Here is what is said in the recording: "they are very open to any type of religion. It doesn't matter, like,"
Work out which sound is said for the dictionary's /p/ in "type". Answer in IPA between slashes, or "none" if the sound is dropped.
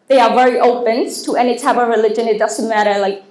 /b/